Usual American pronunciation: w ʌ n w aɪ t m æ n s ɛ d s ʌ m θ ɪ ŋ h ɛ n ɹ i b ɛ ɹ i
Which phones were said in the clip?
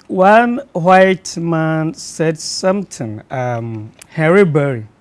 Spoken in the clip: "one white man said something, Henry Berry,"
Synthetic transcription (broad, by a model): w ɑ n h aɪ t m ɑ n s ɛ d s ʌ m t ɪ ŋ h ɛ ɹ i b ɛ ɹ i